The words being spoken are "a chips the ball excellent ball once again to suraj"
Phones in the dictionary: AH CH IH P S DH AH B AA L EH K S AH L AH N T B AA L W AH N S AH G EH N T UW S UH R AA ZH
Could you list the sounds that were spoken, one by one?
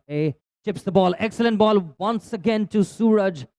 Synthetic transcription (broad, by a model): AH CH IH P S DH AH B AA L EH K S AH L AH N T B AA L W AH N S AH G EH N T UW S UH R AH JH